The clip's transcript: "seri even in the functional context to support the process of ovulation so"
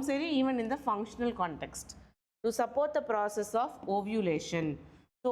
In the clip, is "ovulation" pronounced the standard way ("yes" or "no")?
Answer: yes